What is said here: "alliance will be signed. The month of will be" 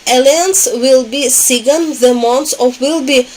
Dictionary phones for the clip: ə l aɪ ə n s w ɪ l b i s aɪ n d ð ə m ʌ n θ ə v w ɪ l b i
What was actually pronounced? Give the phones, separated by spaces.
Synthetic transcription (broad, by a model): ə l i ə n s w ɪ l b i s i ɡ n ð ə m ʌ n s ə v w ɪ l b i